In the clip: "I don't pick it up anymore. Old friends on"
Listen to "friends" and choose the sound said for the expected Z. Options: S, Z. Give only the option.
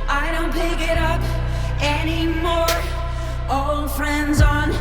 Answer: Z